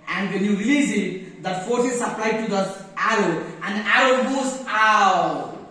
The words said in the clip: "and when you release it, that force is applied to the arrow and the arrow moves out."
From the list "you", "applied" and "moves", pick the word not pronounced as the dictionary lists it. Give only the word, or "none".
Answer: moves